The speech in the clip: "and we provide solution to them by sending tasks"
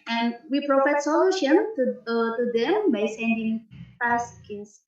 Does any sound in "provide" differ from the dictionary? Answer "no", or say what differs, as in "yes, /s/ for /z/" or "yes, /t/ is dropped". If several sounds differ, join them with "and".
yes, /f/ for /v/